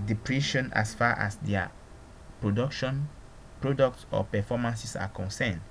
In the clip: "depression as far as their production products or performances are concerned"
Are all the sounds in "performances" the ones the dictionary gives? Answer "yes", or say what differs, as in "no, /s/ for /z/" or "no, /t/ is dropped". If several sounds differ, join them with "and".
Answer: no, /s/ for /z/